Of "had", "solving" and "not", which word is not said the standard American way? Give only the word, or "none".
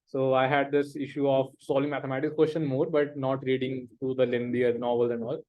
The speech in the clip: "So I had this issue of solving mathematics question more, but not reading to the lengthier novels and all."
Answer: solving